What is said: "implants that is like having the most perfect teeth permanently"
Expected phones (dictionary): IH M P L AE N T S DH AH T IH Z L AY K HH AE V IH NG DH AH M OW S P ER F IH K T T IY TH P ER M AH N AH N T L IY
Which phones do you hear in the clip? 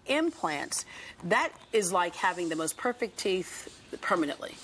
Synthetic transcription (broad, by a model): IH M P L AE N T S DH AH T IH Z L AY K HH AE V IH NG DH AH M OW S P ER F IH K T T IY TH P ER M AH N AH N T L IY